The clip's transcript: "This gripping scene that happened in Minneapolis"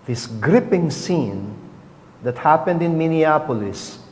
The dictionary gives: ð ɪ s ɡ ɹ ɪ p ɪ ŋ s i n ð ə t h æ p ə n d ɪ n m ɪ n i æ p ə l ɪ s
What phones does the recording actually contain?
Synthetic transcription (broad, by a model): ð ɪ s ɡ ɹ ɪ p ɪ ŋ s i n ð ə t h æ p ə n d ɪ n m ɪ n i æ p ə l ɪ s